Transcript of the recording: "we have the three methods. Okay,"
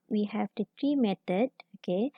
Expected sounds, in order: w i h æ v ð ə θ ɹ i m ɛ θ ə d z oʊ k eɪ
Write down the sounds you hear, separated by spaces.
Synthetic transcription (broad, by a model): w i h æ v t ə t ɹ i m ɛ t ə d oʊ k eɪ